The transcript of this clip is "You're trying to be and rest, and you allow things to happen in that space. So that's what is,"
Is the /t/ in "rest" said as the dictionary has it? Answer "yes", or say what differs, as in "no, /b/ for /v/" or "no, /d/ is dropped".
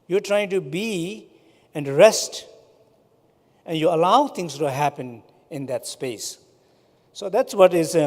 yes